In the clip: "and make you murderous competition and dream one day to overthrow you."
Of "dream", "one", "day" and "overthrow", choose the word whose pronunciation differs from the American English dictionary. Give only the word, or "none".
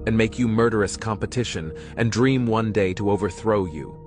none